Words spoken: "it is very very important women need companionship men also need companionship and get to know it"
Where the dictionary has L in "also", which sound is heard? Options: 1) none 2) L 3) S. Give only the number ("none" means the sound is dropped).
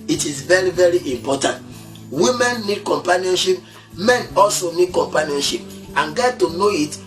2